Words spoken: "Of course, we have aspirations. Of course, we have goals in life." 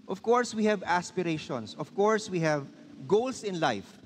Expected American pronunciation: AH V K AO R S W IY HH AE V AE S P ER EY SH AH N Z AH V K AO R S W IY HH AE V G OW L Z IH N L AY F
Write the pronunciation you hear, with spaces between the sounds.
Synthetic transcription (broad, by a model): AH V K AO R S W IY HH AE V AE S P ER EY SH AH N S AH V K AO R S W IY HH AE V G OW L S IH N L AY F